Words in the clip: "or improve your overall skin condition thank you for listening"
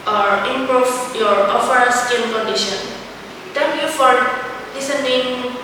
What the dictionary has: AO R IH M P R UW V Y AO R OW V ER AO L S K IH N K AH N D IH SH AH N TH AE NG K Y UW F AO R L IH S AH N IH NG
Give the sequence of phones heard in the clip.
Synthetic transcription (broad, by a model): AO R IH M P R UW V Y AO R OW F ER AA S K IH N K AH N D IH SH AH N T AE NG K Y UW F AO R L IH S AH N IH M